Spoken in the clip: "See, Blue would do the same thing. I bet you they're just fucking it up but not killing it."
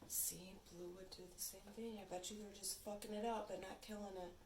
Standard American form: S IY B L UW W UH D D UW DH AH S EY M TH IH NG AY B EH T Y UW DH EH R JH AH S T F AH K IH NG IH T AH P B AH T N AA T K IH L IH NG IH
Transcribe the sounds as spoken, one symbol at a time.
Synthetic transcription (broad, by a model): S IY B L UW W UH D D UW DH AH S EY M TH IH NG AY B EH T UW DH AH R JH AH S T F AH K IH NG IH T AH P B AH T N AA T K IH L IH NG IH